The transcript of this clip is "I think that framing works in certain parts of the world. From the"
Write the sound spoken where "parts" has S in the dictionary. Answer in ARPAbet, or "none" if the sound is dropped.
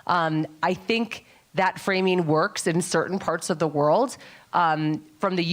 S